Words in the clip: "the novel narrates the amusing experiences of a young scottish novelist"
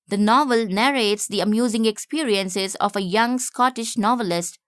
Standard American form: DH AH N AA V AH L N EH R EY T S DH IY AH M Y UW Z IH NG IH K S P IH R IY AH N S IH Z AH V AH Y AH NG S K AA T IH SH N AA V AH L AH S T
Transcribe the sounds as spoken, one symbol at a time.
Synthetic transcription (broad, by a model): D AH N AA V AH L N EH R EY T S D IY AH M Y UW Z IH NG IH K S P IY R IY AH N S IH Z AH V AH Y AH NG S K AA T IH SH N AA V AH L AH S T